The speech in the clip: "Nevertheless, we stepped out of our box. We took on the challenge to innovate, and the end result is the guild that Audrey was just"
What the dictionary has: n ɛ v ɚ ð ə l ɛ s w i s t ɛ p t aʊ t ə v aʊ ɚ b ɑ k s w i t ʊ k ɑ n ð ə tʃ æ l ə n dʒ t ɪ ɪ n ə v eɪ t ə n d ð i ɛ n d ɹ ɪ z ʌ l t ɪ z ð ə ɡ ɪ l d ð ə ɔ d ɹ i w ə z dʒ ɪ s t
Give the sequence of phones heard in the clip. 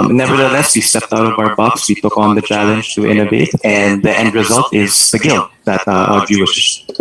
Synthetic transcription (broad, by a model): n ɛ v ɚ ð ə l ɛ s w i s t ɛ p t aʊ t ə v aʊ ɚ b ɑ k s w i t ʊ k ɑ n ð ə tʃ æ l ə n dʒ t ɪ ɪ n ə v eɪ t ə n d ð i ɛ n d ɹ ɪ z ʌ l t ɪ z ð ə ɡ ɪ l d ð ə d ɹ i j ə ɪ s